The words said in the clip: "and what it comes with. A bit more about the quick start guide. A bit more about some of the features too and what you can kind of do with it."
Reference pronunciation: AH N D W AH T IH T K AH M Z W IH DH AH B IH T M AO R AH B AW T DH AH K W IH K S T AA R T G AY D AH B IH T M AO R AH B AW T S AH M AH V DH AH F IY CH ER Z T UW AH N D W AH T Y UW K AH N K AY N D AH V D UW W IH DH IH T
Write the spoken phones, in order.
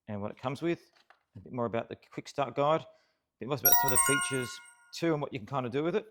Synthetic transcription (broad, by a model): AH N W AH T IH T K AH M Z W IH DH AH B IH T M AO R AH B AW T DH AH K W IH K S T AA R T G AY D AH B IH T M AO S AH B AW T S AH M AH V DH AH F IY CH ER Z T UW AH N W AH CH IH K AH N K AY N D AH D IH W IH DH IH T